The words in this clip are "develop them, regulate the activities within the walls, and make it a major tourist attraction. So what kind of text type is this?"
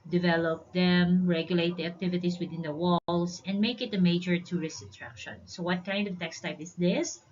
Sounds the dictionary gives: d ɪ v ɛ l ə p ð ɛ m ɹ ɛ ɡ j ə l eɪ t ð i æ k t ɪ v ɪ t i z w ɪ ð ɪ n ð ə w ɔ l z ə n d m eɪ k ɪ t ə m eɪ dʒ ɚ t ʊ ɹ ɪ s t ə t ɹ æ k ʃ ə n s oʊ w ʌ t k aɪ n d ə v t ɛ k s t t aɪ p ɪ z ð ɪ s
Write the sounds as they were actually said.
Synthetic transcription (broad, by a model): d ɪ v ɛ l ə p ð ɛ m ɹ ɛ ɡ j ə l eɪ t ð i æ k t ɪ v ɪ t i s w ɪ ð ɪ n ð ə w ɔ l s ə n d m eɪ k ɪ t ə m eɪ dʒ ɚ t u ɹ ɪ s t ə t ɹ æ k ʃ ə n s oʊ w ʌ t k aɪ n d ə v t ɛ k s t t aɪ p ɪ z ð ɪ s